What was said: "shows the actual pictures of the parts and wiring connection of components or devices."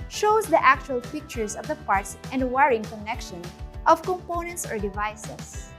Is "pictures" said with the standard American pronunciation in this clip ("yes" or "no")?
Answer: no